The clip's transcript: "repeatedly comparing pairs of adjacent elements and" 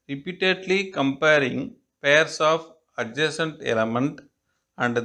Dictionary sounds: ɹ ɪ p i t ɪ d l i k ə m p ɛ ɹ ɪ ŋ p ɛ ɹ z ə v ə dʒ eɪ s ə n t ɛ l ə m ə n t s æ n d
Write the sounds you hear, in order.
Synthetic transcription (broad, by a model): ɹ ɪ p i t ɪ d l i k ə m p ɛ ɹ ɪ ŋ p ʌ ɹ s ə f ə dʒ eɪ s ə n t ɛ l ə m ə n t æ n d